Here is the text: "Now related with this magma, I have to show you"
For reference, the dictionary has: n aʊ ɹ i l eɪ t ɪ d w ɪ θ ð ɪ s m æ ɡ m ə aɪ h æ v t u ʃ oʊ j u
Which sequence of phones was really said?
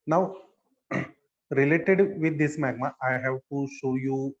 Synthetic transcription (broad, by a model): n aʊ ɹ i l eɪ t ɪ d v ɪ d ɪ s m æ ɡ m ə aɪ h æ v t u ʃ oʊ j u